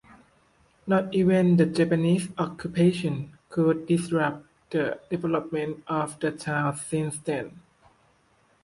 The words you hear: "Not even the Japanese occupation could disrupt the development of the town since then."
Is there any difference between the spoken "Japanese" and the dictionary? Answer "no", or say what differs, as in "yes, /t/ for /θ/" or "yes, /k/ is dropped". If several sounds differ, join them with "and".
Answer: yes, /s/ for /z/